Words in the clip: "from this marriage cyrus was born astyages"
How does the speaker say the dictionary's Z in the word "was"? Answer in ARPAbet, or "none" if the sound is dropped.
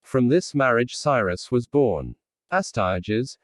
Z